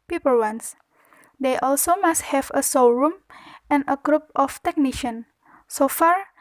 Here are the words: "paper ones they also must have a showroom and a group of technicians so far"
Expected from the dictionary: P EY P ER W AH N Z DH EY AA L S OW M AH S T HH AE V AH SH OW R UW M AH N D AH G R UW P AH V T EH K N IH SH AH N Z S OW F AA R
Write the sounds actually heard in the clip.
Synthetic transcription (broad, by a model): P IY P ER W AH N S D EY AA L S OW M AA S T HH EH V AH S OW R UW M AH N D AH G R UW P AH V T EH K N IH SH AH N S OW F AA R